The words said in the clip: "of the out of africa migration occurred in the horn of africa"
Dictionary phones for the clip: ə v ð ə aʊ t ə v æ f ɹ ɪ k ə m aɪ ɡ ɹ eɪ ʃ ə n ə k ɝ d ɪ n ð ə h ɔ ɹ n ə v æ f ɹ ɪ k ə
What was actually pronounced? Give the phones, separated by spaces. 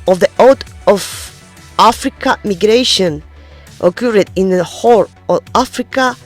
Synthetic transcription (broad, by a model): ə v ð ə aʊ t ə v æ f ɹ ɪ k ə m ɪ ɡ ɹ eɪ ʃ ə n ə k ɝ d ɪ n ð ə h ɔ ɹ ə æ f ɹ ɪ k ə